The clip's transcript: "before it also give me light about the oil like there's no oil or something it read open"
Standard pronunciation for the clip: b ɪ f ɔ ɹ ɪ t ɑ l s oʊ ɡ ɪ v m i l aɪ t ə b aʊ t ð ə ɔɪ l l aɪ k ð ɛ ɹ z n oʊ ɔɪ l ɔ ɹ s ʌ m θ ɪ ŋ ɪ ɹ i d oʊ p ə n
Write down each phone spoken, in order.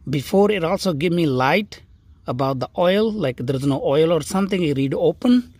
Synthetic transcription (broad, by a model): b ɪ f ɔ ɹ ɪ t ɑ l s oʊ ɡ ɪ v m i l aɪ t ə b aʊ t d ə ɔɪ l l aɪ k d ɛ ɹ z n oʊ ɔɪ l ɔ ɹ s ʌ m t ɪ ŋ ɪ ɹ i d oʊ p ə n